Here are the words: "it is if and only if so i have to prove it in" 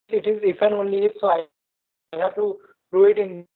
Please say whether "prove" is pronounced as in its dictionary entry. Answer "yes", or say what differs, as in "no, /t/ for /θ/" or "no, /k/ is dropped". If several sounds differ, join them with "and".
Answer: no, /v/ is dropped